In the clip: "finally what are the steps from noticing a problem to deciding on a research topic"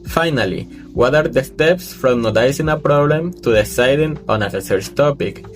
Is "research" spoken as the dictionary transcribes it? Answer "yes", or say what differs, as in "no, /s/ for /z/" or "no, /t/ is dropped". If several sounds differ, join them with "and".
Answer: no, /s/ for /tʃ/